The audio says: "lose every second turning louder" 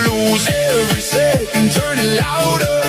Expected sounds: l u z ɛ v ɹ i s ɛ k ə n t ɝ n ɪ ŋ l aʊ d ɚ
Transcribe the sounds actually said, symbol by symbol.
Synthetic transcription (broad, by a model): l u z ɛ ɹ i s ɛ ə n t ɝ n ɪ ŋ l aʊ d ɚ